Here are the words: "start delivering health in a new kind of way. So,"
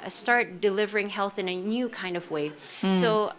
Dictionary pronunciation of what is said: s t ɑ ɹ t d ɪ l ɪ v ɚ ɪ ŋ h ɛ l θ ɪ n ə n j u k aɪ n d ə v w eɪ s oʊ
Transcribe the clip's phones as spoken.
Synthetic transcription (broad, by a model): s t ɑ ɹ t d ɪ l ɪ v ɚ ɪ ŋ h ɛ l θ ɪ n ə n j u k aɪ n d ə v w eɪ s oʊ